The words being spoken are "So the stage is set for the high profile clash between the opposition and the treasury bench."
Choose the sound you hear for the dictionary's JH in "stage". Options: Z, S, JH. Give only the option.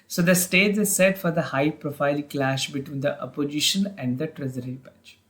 Z